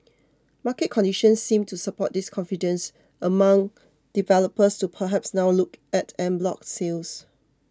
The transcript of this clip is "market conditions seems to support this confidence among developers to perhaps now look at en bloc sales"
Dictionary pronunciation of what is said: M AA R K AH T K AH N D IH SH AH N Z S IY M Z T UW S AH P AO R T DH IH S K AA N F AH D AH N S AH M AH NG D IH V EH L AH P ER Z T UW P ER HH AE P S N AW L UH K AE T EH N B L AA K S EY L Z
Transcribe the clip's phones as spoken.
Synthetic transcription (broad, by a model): M AA K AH T K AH N D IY SH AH N S IY M T UW S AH P AO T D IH S K AA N F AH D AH N S AH M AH NG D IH V EH L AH P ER S T UW P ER HH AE P S N AW L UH K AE T EH N B L AA K S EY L S